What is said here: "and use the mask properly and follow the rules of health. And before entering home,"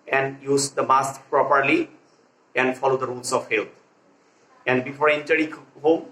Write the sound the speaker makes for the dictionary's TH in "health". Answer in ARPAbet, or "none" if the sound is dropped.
T